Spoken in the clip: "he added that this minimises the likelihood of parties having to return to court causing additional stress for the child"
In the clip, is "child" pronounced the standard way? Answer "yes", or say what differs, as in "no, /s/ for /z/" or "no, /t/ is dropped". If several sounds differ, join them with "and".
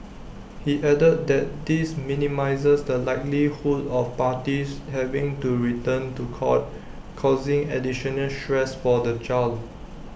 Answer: no, /d/ is dropped